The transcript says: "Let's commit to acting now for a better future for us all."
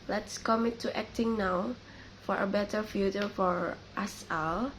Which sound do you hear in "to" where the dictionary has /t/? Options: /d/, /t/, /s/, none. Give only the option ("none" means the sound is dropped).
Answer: /t/